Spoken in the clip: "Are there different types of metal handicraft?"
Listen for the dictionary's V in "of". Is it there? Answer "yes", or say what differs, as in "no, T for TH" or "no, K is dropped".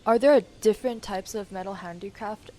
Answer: yes